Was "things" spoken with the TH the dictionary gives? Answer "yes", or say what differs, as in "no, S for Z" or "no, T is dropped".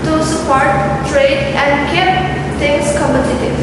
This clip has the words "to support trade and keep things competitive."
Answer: no, T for TH